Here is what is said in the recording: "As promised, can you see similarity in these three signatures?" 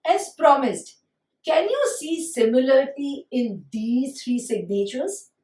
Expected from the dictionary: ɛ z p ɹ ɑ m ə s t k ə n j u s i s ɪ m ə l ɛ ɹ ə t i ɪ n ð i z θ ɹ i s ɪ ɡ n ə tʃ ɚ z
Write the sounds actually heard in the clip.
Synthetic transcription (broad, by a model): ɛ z p ɹ ɑ m ə s t k ə n j u s i s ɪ m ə l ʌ ɹ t i ɪ n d i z t ɹ i s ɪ ɡ n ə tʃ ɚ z